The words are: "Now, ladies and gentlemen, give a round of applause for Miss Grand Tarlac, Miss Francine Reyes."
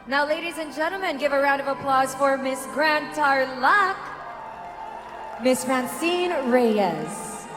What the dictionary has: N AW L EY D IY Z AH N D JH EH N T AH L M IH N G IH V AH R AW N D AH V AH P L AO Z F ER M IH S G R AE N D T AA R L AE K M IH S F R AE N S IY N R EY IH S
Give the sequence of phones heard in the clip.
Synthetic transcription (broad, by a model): N AW L EY D IY Z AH N JH EH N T L M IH N G IH V AH R AW N D AH V AH P L AO Z F ER M IH S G R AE N T AA R L AE K M IH S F R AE N S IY N R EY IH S